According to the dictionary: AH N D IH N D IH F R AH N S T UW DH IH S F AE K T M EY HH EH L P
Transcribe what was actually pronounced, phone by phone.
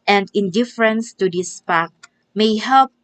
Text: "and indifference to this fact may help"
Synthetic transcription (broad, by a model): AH N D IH N D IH F R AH N S T UW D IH S P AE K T M EY HH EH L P